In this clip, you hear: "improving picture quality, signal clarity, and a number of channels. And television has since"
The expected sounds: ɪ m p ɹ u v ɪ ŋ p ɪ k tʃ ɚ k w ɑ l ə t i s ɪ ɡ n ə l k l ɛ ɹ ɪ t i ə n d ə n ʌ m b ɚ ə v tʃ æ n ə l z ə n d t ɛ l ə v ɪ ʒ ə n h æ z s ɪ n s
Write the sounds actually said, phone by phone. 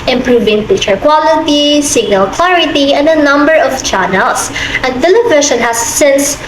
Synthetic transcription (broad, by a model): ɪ m p ɹ u v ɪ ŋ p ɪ tʃ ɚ k w ɑ l ə t i s ɪ ɡ n ə l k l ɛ ɹ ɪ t i ə n d ə n ʌ m b ɚ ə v tʃ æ n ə l s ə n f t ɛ l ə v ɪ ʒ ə n h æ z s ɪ n s